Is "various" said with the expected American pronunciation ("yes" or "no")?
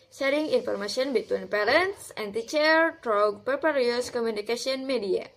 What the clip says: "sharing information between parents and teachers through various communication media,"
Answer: no